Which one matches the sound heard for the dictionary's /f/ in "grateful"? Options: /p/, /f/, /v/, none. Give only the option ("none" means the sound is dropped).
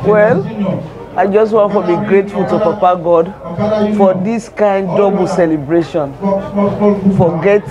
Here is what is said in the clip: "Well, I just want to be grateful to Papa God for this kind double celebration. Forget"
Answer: /f/